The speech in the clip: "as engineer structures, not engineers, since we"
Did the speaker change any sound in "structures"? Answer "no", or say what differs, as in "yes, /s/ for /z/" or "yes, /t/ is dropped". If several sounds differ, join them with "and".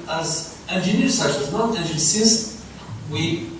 yes, /k/ is dropped